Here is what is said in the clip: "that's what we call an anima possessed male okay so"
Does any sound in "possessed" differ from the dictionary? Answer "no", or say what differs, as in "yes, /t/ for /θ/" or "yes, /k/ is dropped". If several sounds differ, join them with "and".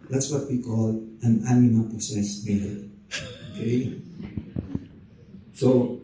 yes, /s/ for /z/